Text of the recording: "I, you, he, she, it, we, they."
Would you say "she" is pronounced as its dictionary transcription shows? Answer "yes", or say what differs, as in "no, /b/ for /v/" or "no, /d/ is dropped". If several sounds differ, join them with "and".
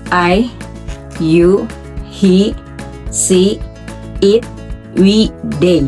no, /s/ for /ʃ/